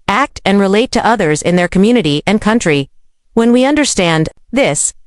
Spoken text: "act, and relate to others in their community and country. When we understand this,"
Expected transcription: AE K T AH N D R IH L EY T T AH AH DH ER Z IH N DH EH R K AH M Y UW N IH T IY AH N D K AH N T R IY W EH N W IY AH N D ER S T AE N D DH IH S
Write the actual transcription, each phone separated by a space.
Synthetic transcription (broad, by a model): AE K T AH N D R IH L EY T T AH AH DH ER Z IH N DH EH R K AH M Y UW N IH T IY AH N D K AH N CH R IY W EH N W IY AH N D ER S T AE N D DH IH S